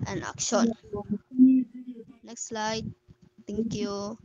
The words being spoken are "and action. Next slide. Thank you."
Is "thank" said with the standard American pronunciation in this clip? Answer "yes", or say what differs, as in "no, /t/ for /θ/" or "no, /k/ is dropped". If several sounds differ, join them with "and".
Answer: no, /t/ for /θ/